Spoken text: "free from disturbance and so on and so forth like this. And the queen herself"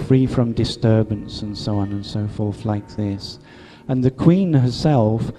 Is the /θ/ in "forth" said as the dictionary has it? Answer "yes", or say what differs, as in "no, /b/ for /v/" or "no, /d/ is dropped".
yes